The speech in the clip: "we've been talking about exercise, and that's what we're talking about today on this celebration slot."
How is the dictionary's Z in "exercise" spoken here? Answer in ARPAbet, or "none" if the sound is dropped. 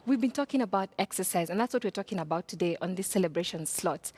Z